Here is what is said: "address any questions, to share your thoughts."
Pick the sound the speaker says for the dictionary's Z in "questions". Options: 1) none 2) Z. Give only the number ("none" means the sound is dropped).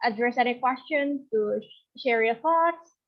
1